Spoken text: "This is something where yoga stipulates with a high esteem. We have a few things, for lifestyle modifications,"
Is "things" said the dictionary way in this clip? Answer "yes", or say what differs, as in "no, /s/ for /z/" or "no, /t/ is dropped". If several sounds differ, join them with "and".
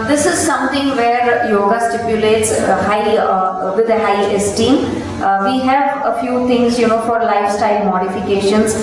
no, /t/ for /θ/